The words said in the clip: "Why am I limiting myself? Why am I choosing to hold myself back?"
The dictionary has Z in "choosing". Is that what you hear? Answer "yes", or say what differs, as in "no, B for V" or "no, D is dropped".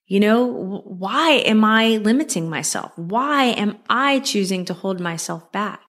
yes